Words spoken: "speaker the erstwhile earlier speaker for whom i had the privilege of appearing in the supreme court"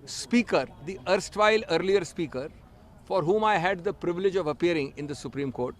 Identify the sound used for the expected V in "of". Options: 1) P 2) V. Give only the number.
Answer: 2